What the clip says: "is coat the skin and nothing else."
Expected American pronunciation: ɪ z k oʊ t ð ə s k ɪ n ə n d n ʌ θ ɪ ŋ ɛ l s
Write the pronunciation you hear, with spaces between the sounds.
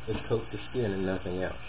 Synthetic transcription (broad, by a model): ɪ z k oʊ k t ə s k ɪ n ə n n ʌ θ ɪ ŋ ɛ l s